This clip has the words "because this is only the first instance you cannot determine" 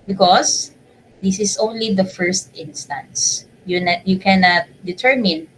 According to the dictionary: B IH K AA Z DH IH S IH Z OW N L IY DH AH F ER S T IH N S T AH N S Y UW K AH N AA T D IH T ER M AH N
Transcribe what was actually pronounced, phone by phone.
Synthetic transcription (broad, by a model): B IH K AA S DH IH S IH S OW N L IY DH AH F ER S T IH N S T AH N S Y UW K AH N AA T D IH T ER M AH N